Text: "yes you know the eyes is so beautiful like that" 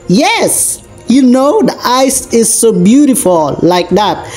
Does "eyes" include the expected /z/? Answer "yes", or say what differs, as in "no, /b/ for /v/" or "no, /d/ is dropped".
no, /s/ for /z/